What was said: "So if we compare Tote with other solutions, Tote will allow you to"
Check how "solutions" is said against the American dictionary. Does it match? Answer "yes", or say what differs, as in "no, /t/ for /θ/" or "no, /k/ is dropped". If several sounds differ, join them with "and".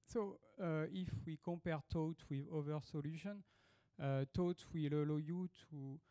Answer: no, /z/ is dropped